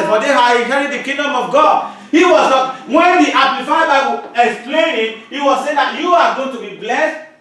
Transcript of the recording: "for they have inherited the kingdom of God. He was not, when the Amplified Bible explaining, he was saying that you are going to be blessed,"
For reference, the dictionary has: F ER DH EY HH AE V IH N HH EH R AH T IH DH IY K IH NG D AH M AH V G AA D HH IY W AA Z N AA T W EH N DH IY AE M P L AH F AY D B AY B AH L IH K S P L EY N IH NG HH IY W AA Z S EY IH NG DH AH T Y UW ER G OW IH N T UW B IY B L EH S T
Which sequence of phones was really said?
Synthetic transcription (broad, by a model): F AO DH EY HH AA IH HH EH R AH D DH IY K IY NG D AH M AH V G AA D HH IY W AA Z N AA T W EH N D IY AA P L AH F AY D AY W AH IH K S P L EY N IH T HH IY W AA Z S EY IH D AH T Y UW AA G OW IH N T UW B IY B L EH S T